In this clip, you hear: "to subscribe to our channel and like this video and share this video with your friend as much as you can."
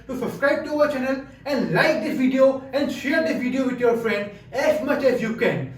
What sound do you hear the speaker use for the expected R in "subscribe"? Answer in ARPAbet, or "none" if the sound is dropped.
R